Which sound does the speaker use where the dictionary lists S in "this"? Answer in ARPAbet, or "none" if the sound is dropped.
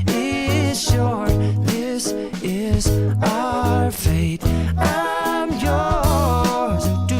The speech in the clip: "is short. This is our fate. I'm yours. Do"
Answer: S